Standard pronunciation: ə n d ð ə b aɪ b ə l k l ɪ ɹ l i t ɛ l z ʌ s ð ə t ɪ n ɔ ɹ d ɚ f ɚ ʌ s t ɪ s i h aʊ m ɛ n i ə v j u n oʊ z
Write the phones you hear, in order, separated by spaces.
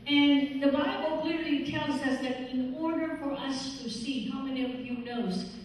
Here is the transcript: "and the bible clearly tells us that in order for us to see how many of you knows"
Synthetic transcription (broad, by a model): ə n ð ə b aɪ b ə l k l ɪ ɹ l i t ɛ l z ʌ s ð ə t ɪ n ɔ ɹ d ɚ f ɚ ʌ s t ɪ s i h aʊ m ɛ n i ə v j u n oʊ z